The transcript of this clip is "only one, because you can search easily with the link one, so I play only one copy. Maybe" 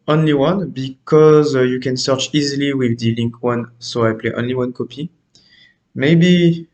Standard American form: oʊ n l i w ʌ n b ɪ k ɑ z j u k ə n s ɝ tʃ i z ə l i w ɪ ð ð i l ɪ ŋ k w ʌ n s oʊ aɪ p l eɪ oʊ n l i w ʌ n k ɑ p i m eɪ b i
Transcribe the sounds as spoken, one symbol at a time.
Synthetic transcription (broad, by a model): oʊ n l i w ʌ n b ɪ k ɑ z j u k ə n s ɝ tʃ i z ə l i w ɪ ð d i l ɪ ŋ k w ʌ n s oʊ aɪ p l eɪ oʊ n l i w ʌ n k ɑ p i m eɪ b i